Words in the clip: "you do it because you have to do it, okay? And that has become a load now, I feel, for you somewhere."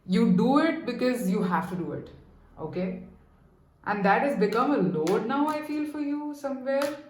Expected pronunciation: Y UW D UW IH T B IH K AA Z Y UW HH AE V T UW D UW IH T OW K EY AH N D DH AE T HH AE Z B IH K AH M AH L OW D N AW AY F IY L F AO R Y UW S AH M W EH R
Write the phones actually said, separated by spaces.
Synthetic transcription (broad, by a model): Y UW D UW IH T B IH K AA Z Y UW HH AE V T UW D UW IH T OW K EY AH N D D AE T HH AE Z B IH K AH M AH L OW D N AW AY F IY L F AO R Y UW S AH M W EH R